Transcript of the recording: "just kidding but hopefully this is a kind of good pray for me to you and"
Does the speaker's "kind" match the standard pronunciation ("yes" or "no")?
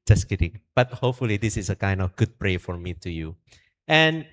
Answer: yes